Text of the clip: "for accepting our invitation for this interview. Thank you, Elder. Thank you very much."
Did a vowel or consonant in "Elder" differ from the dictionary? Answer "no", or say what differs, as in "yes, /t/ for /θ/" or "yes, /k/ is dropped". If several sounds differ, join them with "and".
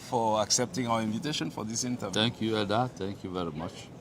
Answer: yes, /l/ is dropped